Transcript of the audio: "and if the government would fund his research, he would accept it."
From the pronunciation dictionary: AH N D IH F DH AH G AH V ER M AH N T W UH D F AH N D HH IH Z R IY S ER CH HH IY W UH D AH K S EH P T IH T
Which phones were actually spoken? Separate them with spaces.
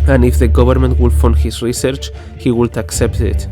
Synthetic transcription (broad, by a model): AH N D IH F DH AH G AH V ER M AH N T W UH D F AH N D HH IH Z R IY S ER CH HH IY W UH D AH K S EH P T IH T